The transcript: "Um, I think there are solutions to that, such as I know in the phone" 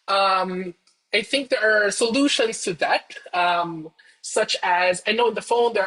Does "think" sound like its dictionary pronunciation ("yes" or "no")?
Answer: yes